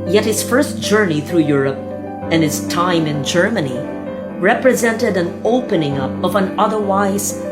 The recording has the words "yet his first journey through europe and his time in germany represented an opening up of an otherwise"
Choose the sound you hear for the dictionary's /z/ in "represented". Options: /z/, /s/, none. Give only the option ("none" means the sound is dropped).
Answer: /z/